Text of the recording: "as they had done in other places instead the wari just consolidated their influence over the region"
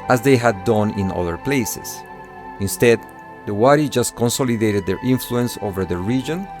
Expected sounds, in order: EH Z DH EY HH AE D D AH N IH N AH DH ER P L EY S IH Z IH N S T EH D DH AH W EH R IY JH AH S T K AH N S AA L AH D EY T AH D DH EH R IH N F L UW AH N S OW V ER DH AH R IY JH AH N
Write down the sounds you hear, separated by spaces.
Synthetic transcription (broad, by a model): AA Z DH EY HH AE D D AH N IH N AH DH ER P L EY S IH S IH N S T EH D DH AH W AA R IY JH AH S T K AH N S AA L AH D EY T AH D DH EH R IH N F L UW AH N S OW V ER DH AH R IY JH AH N